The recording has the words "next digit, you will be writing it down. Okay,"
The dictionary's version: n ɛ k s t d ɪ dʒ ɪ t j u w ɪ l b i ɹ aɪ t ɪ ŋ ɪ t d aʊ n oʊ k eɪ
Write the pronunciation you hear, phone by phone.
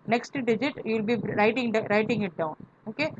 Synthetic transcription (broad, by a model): n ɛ k s t d ɪ dʒ ɪ t j u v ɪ l b i ɹ aɪ t ɪ ŋ ɪ t d aʊ n oʊ k eɪ